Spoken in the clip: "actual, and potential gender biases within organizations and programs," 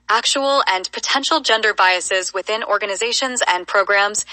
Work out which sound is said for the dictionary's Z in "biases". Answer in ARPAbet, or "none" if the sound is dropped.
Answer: Z